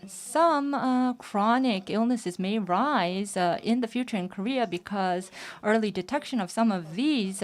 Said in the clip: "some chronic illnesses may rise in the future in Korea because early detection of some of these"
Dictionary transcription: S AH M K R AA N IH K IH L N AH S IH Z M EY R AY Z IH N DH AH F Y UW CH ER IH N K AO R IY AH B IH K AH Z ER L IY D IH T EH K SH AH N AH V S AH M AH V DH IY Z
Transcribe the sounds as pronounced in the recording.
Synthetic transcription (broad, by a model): S AH M K R AA N IH K IH L N AH S IH Z M EY R AY Z IH N DH AH F Y UW CH ER IH N K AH R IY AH B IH K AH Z ER L IY D IH T EH K SH AH N AH V S AH M AH V DH IY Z